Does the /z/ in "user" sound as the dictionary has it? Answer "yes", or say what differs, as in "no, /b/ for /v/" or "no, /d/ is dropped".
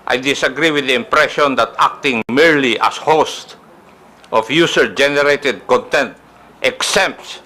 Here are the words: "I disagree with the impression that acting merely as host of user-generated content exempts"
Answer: no, /s/ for /z/